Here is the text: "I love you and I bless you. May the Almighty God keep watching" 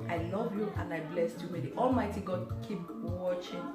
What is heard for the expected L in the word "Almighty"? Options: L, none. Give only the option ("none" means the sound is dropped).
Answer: L